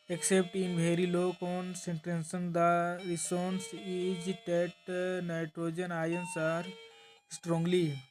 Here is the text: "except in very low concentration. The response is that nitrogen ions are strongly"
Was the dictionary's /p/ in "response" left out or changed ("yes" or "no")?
yes